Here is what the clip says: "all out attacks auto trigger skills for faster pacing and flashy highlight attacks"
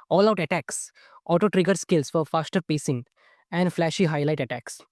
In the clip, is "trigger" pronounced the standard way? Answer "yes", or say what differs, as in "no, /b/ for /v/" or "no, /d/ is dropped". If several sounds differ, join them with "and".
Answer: yes